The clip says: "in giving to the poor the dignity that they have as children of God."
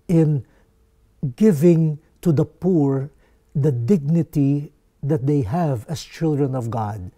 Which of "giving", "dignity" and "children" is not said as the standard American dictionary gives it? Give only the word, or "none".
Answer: none